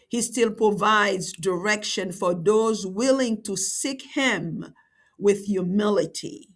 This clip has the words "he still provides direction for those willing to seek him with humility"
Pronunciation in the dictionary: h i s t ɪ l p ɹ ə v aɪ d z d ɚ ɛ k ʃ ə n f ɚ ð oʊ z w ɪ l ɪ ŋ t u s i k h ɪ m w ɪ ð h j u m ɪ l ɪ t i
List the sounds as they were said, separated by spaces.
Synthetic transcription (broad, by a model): h i s t ɪ l p ɹ ə v aɪ d z d ɚ ɛ k ʃ ə n f ɚ ð oʊ z w ɪ l ɪ ŋ t u s i k h ɪ m w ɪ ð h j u m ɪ l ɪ t i